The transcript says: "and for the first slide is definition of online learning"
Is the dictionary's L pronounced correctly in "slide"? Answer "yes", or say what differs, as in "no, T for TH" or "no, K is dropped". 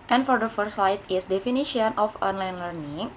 no, L is dropped